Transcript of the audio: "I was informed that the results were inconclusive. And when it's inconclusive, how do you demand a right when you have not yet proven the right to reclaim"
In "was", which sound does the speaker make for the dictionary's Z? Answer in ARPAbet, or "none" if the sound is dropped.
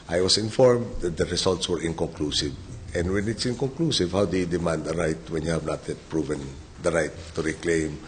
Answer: S